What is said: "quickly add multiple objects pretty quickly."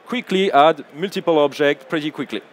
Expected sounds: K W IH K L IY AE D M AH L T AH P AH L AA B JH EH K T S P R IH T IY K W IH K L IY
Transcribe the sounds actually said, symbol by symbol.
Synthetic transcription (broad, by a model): K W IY K L IY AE D M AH L T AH P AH L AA B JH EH K T P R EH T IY K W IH K L IY